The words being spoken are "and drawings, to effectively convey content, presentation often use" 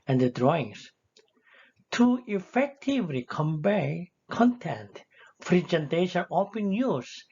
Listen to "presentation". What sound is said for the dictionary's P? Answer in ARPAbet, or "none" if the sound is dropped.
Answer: F